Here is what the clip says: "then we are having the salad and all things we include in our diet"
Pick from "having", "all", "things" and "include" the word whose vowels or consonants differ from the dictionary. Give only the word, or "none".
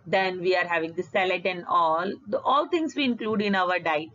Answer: things